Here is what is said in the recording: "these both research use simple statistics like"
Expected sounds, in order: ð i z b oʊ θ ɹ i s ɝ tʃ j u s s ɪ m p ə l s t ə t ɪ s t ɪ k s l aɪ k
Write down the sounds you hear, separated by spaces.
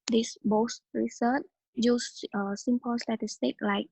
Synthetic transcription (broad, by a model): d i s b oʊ s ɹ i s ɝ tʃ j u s s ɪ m p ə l s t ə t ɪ s t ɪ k l aɪ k